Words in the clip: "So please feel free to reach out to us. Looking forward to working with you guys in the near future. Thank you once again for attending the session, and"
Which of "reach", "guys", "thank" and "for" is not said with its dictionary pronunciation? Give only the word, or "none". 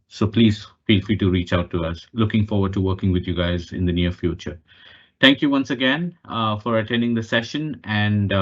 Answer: thank